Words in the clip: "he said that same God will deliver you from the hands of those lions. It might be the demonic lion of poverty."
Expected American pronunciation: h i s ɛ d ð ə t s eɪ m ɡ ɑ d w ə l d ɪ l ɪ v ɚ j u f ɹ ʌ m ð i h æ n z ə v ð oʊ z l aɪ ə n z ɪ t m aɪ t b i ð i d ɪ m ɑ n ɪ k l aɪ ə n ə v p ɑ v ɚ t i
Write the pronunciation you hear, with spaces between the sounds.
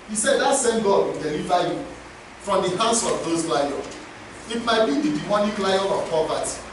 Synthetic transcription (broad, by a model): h i s ɛ d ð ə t s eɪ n ɡ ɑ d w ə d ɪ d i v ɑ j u f ɹ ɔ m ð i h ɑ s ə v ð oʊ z l aɪ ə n ɪ t m aɪ t b i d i d ɪ m ɑ n ɪ k l aɪ ə n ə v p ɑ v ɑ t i